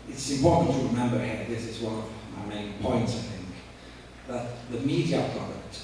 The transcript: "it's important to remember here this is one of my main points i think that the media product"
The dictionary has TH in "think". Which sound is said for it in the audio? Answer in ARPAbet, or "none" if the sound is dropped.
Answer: TH